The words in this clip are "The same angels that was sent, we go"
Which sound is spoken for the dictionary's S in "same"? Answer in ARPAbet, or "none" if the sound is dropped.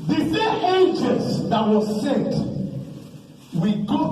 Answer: TH